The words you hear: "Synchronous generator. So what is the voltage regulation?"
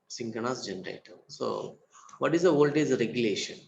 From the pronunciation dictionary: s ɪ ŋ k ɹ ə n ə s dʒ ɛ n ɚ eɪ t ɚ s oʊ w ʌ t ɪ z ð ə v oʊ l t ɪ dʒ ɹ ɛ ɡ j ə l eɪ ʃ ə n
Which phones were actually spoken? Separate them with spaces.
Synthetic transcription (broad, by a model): s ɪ ŋ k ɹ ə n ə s dʒ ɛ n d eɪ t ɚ s oʊ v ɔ t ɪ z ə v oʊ l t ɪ z ɹ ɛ ɡ j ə l eɪ ʃ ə n